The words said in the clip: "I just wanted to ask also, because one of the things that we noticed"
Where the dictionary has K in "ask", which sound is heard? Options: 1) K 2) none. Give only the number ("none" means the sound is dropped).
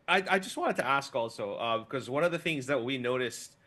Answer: 1